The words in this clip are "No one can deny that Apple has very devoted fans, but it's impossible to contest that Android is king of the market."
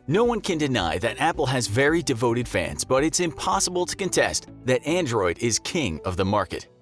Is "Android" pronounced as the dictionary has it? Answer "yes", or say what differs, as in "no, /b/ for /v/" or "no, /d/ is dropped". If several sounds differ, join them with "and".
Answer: yes